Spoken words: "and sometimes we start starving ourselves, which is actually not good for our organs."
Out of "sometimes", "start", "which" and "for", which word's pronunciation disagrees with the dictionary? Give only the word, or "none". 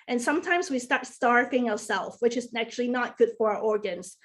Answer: none